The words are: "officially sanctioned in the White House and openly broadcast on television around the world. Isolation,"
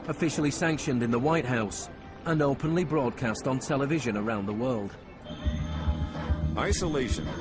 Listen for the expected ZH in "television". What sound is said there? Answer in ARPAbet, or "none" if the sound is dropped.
ZH